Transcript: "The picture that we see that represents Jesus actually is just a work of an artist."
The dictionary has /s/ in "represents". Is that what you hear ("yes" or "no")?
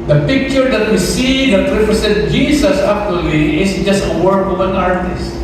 no